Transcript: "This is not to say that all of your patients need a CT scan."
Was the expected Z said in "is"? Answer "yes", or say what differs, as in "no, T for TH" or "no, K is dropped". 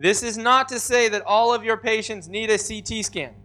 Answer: yes